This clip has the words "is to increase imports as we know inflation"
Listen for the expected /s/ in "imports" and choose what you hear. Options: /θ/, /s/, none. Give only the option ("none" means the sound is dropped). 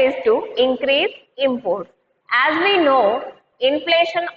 none